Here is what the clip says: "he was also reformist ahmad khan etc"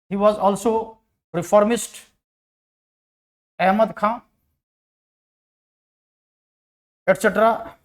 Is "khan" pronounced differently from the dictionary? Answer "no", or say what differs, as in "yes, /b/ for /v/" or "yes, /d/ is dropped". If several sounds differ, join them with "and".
yes, /n/ is dropped